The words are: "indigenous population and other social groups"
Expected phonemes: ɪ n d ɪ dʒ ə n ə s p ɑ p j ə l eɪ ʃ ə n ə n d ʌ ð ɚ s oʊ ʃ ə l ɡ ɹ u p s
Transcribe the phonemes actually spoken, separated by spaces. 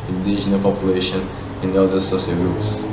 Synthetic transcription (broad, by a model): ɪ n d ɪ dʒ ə n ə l p ɑ p j ə l eɪ ʃ ə n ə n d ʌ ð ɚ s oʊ s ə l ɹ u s